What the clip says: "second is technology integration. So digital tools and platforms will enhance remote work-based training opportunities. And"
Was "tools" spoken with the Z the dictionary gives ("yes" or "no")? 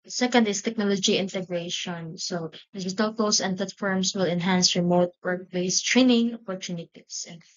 no